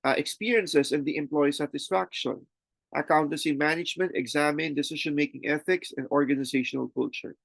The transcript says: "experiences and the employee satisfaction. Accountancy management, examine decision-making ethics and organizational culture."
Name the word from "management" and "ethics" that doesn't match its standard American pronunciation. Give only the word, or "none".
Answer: none